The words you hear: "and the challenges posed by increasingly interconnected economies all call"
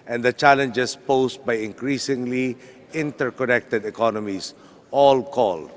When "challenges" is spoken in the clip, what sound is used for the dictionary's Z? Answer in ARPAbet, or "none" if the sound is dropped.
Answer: S